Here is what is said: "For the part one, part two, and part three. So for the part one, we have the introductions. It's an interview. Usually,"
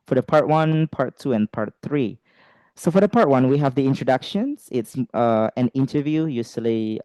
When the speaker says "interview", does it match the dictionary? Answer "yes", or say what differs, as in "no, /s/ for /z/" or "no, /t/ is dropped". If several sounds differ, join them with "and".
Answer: yes